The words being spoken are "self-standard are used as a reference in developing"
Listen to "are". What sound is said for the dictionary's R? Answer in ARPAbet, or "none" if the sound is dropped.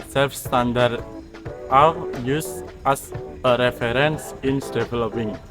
W